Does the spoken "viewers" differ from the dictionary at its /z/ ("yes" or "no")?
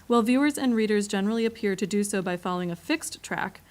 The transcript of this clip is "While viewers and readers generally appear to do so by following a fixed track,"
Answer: no